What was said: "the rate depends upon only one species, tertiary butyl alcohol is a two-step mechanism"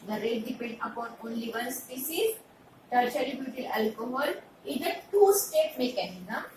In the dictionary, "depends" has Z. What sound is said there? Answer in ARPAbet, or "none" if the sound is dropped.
none